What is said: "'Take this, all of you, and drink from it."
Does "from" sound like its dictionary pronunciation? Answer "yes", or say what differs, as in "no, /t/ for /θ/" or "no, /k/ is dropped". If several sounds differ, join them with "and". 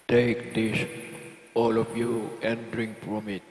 no, /p/ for /f/